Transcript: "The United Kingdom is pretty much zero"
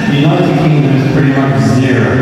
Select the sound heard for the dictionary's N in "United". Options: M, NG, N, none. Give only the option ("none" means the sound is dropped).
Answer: none